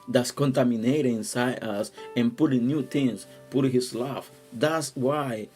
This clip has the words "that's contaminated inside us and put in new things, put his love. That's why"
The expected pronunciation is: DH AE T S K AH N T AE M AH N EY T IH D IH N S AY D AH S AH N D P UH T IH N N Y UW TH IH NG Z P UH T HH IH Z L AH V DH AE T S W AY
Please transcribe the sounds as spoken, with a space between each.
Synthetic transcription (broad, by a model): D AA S K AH N T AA M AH N EY T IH IH N S AY D AH S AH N P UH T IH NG N Y UW T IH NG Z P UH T HH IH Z L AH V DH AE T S W AY